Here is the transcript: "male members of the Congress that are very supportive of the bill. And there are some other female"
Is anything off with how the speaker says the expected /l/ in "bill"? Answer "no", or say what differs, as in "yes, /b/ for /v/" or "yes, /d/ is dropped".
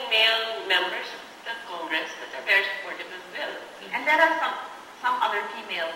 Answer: yes, /n/ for /l/